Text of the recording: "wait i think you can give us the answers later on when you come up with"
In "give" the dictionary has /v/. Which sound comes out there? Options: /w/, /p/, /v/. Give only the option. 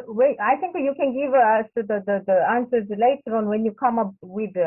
/v/